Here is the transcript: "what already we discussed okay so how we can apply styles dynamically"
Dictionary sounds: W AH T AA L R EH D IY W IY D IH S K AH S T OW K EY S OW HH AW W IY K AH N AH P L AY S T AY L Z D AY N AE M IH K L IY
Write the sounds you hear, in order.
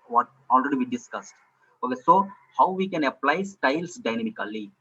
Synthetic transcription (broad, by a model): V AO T AA L R EH D IY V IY D IH S K AH S T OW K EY S OW HH AW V IY K AH N AH P L AY S T AY L S D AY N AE M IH K L IY